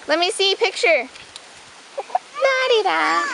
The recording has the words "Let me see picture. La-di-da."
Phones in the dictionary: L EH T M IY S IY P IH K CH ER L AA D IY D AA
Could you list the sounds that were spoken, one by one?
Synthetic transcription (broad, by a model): L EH T M IY S IY P IH K CH ER N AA D IY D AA